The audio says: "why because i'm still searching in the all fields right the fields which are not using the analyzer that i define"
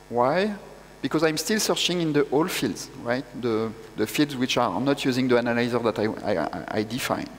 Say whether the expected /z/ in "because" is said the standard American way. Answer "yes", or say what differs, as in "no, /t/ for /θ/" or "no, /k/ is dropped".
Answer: yes